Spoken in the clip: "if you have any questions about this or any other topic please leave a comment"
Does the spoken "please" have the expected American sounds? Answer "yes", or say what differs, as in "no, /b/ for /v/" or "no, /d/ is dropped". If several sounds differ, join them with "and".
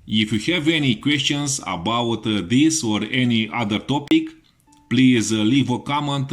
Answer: yes